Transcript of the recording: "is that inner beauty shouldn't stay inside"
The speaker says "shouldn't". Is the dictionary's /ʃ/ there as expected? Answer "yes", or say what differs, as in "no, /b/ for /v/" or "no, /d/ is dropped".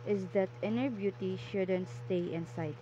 yes